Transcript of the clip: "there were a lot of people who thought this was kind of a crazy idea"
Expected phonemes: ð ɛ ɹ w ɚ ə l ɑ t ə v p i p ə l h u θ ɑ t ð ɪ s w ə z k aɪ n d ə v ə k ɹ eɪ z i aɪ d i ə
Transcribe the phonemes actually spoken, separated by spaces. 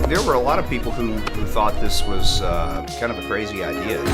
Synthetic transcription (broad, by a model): ð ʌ ɹ w ɚ ə l ɑ t ə v p i p l h u θ ɑ t ð ɪ s w ə z k aɪ n d ə v ə k ɹ eɪ z i aɪ d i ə